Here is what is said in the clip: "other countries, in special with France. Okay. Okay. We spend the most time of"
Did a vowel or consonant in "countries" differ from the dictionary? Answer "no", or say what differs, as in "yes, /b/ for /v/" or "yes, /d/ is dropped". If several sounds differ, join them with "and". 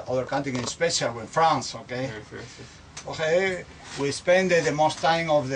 yes, /ɹ/ is dropped